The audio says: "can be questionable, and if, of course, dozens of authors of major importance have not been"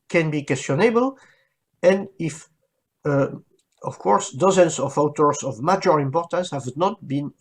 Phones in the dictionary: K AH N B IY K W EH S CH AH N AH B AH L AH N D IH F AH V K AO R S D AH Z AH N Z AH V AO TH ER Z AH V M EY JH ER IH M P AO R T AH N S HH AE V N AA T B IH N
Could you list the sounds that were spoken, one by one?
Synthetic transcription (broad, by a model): K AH N B IY K W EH S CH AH N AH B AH L AH N D IH F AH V K AO R S D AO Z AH N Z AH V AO T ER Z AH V M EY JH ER IH M P AO R T AH N S HH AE V N AA T B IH N